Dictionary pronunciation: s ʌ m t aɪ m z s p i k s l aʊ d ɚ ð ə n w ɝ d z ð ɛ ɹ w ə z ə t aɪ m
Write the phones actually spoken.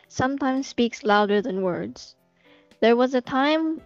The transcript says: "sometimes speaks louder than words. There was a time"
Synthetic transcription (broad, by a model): s ʌ m t aɪ m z s p i k s l aʊ d ɚ ð ə n w ɝ d z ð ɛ ɹ w ə z ə t aɪ m